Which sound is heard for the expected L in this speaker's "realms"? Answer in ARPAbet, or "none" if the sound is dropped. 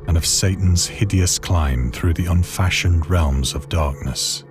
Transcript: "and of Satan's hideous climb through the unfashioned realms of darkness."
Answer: L